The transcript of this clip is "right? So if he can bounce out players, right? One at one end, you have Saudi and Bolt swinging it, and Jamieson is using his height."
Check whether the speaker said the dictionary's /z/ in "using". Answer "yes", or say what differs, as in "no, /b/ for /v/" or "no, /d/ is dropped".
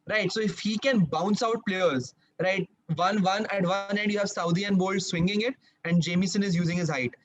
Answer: yes